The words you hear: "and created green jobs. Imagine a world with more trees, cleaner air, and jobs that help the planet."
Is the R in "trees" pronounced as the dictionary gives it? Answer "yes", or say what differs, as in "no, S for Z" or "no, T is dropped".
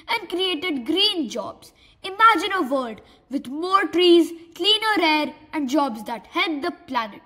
yes